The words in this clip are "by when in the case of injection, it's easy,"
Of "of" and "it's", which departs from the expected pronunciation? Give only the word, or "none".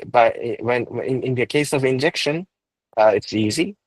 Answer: none